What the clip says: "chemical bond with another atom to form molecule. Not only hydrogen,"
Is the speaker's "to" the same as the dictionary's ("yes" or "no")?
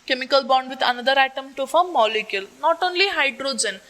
yes